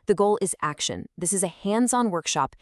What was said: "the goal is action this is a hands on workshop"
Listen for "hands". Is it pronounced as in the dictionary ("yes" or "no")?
yes